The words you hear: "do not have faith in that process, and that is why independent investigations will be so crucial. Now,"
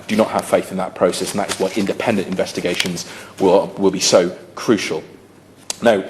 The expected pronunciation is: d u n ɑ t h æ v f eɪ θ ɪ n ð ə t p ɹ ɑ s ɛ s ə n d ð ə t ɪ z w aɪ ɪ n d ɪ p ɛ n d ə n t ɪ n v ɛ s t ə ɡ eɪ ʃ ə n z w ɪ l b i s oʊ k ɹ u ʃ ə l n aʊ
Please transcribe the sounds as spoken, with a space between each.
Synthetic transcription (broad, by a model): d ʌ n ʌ t h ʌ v f eɪ θ ɪ n ð ə t p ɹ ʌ s ɛ s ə n ð ə t ɪ z w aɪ ɪ n d ɪ p ɛ n d ə n t ɪ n v ɛ s t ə ɡ eɪ ʃ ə n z w ɪ l b i s oʊ k ɹ u ʃ ə l n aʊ